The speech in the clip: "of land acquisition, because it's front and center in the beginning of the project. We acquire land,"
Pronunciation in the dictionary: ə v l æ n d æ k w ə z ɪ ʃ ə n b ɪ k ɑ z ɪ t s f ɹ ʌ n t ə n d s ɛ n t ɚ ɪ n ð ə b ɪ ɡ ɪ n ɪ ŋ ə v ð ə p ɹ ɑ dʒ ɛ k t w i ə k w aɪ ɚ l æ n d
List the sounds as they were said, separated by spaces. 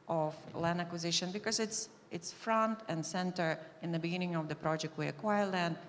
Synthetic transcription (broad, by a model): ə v l æ n d æ k w ə z ɪ ʃ ə n b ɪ k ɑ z ɪ t s f ɹ ʌ n t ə n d s ɛ n t ɚ ɪ n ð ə b ɪ ɡ ɪ n ɪ ŋ ə v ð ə p ɹ ɑ dʒ ɛ k t w i ə k w aɪ ɚ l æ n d